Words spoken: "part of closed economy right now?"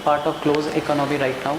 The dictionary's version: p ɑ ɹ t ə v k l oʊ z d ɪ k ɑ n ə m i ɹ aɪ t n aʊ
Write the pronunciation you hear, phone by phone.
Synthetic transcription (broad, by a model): p ɑ ɹ t ə v k l oʊ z ɪ k ɑ n ə m i ɹ aɪ t n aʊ